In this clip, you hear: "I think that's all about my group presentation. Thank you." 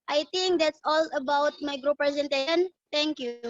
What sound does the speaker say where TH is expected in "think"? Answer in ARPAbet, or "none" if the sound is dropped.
T